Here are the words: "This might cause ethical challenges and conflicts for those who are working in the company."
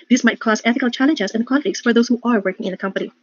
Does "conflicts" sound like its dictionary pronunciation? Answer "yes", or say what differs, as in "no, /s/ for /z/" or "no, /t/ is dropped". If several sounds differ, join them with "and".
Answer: no, /n/ is dropped and /l/ is dropped